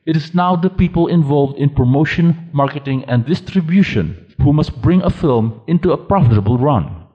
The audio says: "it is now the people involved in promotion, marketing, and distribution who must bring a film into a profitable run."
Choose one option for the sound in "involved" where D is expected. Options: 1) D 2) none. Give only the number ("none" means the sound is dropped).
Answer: 1